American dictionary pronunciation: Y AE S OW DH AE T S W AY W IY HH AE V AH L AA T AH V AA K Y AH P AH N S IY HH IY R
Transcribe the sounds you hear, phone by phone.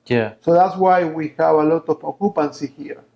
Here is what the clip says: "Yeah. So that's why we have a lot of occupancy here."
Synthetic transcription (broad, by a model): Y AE S OW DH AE T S W AY W IY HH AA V AH L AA T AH P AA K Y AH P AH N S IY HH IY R